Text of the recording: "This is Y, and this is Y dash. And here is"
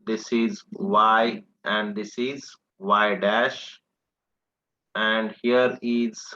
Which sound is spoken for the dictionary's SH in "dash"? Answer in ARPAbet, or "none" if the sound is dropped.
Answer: SH